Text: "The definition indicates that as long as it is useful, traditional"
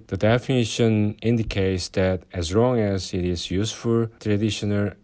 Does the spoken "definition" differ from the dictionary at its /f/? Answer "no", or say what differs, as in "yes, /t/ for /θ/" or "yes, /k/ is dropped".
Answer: no